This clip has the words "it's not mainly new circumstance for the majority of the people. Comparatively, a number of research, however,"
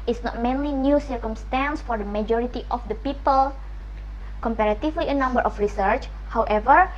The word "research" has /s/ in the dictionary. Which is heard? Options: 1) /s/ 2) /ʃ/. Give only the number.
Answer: 1